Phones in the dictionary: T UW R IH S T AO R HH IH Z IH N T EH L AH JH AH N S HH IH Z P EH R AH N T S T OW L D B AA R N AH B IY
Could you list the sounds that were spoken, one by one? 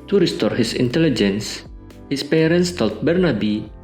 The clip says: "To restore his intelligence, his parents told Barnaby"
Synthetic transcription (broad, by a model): T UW R IH S T AO R HH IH S IH N T EH L AH JH AH N S HH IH S P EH R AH N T S T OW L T B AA R N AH B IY